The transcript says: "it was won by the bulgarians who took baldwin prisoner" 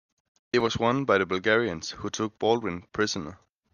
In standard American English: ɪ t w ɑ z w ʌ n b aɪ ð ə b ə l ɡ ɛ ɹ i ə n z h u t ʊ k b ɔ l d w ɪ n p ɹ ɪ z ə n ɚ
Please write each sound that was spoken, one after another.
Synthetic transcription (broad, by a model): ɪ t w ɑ s w ʌ n b aɪ ð ə b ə l ɡ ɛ ɹ i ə n s h u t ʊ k b ɔ l d w ɪ n p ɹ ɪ s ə n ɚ